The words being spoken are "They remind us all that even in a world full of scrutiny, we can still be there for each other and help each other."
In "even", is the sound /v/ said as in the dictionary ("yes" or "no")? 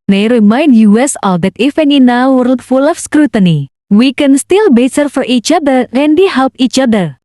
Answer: no